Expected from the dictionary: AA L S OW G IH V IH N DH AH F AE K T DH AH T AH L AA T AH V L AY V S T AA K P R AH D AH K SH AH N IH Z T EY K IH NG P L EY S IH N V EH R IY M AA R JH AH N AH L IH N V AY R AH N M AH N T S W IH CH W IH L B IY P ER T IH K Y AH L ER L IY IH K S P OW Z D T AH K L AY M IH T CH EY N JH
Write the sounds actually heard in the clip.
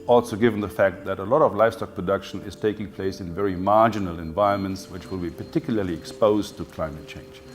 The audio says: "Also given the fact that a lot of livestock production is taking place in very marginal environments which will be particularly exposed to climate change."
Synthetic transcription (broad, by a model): AA L S OW G IH V N DH AH F AE K T DH AH T AH L AA T AH V L AY F S T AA K P R AH D AH K SH AH N IH Z T EY K IH NG P L EY S IH N V EH R IY M AA R JH AH N AH L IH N V AY R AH N M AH N T S W IH CH W IH L B IY P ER T IH K Y L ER L IY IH K S P OW Z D T AH K L AY M IH T CH EY N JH